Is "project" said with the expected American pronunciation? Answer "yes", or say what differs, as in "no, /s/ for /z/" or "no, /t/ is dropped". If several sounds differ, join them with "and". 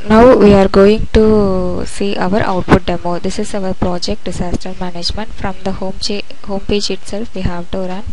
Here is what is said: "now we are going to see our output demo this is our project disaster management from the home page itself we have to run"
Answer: yes